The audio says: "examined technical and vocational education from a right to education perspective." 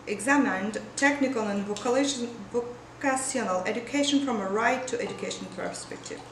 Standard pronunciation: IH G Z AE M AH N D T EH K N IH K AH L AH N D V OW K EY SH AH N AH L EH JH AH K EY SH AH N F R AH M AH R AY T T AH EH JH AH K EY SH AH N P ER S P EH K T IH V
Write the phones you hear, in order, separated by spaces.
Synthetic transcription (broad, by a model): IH G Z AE M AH N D T EH K N IH K AH L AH N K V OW K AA S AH N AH L EH JH AH K EY SH AH N F R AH M AH R AY T T EH JH AH K EY SH AH N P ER S P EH K T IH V